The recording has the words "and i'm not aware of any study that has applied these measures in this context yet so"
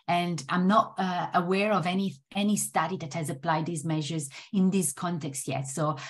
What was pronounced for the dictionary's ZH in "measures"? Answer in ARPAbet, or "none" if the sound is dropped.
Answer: ZH